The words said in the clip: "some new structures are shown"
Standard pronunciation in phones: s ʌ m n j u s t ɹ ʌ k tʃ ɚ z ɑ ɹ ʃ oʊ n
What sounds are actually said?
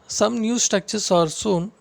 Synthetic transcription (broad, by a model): s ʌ m n j u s t ʌ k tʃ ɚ s ɑ ɹ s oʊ n